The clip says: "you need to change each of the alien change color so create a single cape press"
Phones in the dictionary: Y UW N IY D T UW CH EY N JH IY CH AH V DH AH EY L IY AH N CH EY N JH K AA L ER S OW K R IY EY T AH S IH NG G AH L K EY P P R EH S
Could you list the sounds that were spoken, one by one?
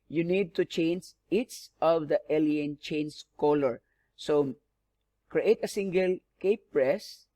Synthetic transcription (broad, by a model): Y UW N IY D T UW CH EY N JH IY S AH V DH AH EY L IY AH N CH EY N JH K AA L ER S OW K R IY EY T AH S IH NG G AH L K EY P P R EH S